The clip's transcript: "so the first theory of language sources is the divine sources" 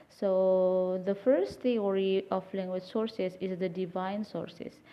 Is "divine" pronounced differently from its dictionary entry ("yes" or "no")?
no